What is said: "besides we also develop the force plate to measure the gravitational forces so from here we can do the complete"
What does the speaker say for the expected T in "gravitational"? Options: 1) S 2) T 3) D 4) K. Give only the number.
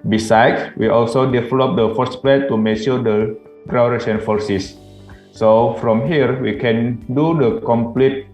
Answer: 1